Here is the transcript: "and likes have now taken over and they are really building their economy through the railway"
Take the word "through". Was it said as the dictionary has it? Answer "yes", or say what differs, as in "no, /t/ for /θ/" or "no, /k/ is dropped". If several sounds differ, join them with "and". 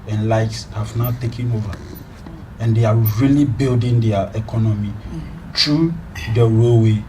no, /t/ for /θ/